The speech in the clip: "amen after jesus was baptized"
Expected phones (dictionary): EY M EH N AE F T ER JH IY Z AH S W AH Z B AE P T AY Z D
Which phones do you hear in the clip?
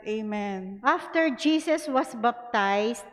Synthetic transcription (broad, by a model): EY M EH N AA F T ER JH IY S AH S W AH S B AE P T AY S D